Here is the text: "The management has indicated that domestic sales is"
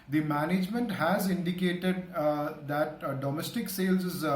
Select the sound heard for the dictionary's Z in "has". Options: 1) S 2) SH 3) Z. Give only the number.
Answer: 3